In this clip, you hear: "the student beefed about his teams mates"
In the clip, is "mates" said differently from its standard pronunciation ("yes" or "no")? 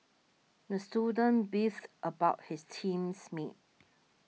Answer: yes